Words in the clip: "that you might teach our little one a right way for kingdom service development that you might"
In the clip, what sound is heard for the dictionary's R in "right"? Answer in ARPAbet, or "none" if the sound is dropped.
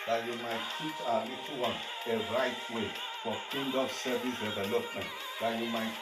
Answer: R